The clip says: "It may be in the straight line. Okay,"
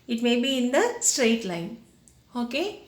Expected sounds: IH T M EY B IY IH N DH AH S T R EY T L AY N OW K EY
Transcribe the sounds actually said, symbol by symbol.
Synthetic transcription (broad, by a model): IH T M EY B IY IH N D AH S T R EY T L AY N OW K EY